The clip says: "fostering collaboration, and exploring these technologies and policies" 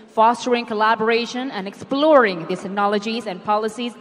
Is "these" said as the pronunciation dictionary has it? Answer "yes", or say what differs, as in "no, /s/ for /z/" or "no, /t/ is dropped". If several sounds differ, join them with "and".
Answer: no, /z/ is dropped